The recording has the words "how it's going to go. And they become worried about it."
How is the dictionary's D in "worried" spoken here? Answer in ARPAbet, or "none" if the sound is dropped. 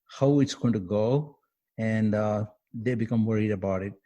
D